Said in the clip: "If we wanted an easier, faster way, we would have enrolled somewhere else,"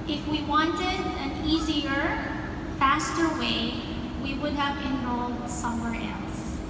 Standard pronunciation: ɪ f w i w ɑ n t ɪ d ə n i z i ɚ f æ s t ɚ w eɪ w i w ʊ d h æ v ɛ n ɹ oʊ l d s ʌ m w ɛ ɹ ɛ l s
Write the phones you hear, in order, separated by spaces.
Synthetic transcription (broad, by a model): ɪ f w i w ɑ n t ɪ d ə n i z i ɚ f æ s t ɚ w eɪ w i w ʊ d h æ v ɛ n oʊ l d s ʌ m w ɛ ɹ ɛ l s